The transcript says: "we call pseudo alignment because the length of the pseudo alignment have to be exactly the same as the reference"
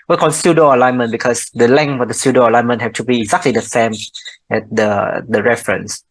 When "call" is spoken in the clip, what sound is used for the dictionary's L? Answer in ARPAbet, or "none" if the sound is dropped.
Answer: N